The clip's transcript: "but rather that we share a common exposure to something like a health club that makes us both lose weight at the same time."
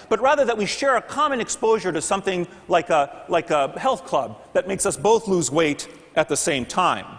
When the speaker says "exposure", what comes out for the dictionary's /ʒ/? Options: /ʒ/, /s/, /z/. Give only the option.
/ʒ/